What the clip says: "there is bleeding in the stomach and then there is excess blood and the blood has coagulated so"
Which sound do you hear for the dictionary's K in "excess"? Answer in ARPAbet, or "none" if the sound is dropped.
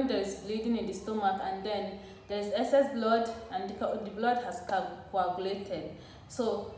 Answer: none